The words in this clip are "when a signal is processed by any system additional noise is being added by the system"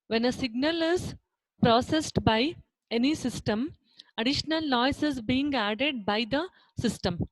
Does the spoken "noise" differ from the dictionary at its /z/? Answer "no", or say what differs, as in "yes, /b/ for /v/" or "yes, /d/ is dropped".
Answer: yes, /s/ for /z/